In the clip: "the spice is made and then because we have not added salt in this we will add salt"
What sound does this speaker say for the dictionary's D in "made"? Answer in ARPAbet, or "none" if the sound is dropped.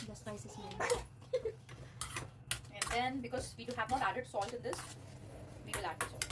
none